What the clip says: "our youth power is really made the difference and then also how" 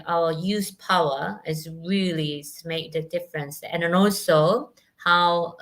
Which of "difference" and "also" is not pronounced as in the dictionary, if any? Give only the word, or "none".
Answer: none